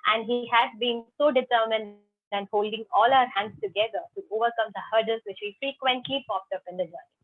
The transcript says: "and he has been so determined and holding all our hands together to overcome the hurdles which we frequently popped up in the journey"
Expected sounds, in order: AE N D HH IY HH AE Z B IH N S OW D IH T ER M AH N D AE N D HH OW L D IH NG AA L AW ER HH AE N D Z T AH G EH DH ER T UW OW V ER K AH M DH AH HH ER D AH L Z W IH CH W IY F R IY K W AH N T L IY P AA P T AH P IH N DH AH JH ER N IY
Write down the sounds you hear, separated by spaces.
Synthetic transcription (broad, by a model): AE N D HH IY HH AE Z B IH N S OW D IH T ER M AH N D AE N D HH OW L D IH NG AA L AW ER HH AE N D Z T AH G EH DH ER T UW OW V ER K AH M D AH HH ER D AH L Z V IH CH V IY F R IY K W AH N T L IY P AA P T AH P IH N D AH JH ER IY